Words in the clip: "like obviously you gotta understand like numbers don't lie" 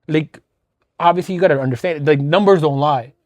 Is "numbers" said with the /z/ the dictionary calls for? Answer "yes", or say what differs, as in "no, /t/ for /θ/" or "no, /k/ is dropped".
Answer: yes